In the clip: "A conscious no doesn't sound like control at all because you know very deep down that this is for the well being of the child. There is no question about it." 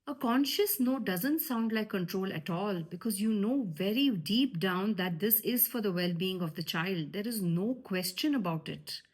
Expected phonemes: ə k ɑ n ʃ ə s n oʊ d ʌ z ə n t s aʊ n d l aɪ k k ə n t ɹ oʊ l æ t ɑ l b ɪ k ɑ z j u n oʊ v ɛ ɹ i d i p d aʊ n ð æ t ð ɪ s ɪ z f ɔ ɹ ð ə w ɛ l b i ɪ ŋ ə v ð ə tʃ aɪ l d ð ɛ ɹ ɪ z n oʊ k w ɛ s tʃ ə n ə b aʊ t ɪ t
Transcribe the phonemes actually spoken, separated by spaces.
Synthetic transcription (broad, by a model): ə k ɑ n ʃ ə s n oʊ d ʌ z ə n t s aʊ n d l aɪ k k ə n t ɹ oʊ l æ t ɑ l b ɪ k ɑ z j u n oʊ v ɛ ɹ i d i p d aʊ n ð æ t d ɪ s ɪ z f ɔ ɹ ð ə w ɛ l b i ɪ ŋ ə v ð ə tʃ aɪ l d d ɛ ɹ ɪ z n oʊ k w ɛ s tʃ ə n ə b aʊ t ɪ t